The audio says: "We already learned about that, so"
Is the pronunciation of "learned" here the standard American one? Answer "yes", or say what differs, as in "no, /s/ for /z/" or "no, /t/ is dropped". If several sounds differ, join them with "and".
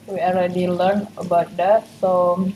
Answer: no, /d/ is dropped